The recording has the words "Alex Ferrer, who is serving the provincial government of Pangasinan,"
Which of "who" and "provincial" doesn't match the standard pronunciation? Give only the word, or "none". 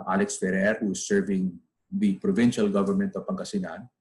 none